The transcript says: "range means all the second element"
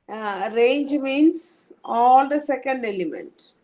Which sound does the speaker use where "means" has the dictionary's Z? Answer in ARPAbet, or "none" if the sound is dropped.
S